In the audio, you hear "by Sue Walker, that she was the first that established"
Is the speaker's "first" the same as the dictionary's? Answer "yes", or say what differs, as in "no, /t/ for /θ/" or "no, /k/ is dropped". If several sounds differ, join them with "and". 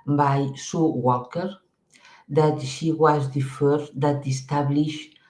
no, /s/ is dropped